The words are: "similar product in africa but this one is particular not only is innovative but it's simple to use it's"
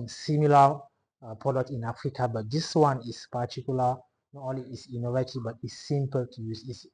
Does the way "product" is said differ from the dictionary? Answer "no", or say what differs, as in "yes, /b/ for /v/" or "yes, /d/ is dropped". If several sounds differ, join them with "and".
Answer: yes, /k/ is dropped